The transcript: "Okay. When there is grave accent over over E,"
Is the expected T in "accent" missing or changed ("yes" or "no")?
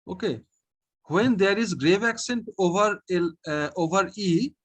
no